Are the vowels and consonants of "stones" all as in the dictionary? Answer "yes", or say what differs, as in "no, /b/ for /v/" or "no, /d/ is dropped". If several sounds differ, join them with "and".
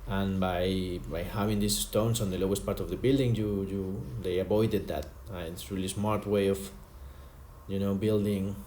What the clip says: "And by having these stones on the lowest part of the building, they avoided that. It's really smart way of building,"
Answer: no, /s/ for /z/